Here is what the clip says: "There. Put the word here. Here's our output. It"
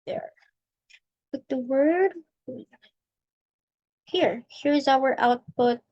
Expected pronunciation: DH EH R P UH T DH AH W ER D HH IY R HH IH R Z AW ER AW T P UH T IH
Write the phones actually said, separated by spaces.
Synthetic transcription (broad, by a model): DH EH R B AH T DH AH W ER D HH IY R HH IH R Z AW ER AW T P UH T